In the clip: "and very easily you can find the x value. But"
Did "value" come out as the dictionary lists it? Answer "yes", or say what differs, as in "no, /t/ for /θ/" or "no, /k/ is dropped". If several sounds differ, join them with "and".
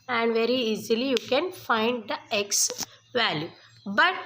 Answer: yes